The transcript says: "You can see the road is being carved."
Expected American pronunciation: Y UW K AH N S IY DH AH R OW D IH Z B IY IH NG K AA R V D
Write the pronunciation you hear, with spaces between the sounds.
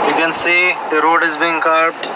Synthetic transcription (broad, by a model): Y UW K AH N S IY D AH R OW D IH Z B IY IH NG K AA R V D